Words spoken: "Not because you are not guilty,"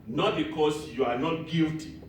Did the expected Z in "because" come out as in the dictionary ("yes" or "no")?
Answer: no